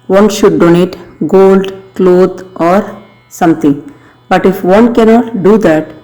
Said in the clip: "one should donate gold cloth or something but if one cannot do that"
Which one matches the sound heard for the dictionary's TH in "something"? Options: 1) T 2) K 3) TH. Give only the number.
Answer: 1